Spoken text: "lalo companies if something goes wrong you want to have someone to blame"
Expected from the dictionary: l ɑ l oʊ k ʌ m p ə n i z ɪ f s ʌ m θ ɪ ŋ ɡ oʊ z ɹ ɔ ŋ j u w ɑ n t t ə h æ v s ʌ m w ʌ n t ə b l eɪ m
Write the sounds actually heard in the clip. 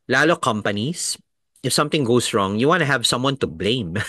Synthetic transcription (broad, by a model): l ɑ l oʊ k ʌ m p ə n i s ɪ f s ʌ m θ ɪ ŋ ɡ oʊ s ɹ ɔ ŋ j u w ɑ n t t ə h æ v s ʌ m w ʌ n t ə b l eɪ m